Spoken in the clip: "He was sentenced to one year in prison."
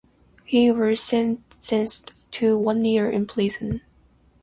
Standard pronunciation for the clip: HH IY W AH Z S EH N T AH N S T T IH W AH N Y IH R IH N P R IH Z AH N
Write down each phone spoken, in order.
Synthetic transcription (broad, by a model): HH IY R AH S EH N S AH N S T T IH W AH N Y IH R IH N P L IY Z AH N